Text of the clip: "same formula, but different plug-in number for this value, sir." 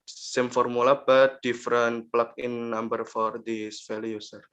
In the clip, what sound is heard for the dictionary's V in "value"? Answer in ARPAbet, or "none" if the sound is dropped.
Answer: F